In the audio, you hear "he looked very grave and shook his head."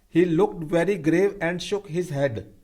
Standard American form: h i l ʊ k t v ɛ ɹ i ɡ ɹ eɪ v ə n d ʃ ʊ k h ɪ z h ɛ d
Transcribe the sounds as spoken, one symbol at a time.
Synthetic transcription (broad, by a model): h i l ʊ k t v ɛ ɹ i ɡ ɹ eɪ v ə n d ʃ ʊ k h ɪ z h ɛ d